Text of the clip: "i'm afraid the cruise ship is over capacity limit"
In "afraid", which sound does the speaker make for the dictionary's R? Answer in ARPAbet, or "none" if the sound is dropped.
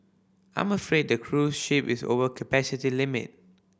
R